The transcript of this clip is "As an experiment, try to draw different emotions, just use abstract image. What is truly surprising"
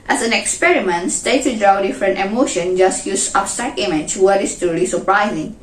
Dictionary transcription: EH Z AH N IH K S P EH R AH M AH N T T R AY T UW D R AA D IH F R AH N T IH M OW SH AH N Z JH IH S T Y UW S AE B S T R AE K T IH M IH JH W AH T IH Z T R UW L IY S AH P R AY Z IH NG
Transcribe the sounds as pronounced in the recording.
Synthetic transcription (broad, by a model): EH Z AH N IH K S P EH R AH M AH N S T EH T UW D R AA D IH F R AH N T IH M OW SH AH N JH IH S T Y UW S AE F S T AE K IH M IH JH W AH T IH S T UW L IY S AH P R AY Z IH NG